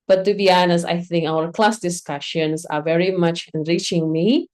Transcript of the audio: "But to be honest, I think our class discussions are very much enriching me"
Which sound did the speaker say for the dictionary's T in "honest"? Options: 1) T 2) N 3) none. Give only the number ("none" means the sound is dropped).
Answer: 3